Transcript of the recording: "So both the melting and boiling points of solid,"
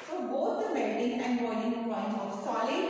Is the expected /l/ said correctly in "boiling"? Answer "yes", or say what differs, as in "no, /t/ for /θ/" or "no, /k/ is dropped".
no, /n/ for /l/